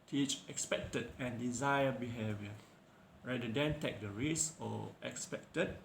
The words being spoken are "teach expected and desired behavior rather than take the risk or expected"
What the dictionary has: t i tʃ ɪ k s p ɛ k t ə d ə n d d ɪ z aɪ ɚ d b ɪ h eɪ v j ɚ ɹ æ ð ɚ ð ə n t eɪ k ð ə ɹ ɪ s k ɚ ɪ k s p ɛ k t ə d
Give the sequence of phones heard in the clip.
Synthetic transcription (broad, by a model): t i tʃ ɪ k s p ɛ k t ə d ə n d d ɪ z aɪ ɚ b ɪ h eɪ v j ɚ ɹ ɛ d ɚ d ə n t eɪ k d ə ɹ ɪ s ɔ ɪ k s p ɛ k t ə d